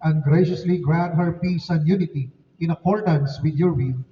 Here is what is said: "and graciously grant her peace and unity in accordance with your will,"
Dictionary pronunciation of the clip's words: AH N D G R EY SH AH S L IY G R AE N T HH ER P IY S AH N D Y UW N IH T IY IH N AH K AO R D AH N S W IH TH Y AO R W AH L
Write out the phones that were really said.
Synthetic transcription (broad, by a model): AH N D G R EY SH AH S L IY G R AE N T HH ER P IY S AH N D Y UW N IH T IY IH N AH K AO R D AH N S W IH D Y AO R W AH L